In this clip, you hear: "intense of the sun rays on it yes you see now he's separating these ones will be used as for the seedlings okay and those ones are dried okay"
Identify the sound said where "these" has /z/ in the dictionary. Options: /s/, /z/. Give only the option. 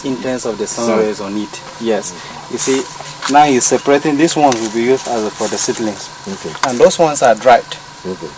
/s/